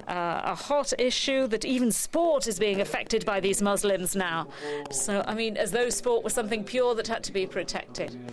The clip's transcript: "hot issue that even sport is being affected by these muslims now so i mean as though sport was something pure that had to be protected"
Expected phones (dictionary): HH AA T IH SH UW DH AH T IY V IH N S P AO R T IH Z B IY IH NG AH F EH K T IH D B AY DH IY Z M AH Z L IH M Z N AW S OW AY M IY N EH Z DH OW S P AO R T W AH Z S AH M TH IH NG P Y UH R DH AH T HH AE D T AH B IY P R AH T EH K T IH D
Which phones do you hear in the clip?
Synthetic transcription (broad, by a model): HH AA T IH SH UW DH AH T IY V IH N S P AO R T IH Z B IY IH NG AH F EH K T IH D B AY DH IY Z M AH Z L IH M Z N AW S OW AY M IY N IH Z DH OW S P AO R T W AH S AH M TH IH NG P Y UH R DH AH T HH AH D T AH B IY P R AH T EH K T IH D